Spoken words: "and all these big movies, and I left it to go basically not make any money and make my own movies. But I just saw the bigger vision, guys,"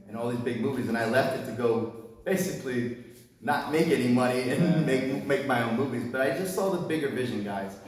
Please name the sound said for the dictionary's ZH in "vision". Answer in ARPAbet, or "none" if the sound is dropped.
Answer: ZH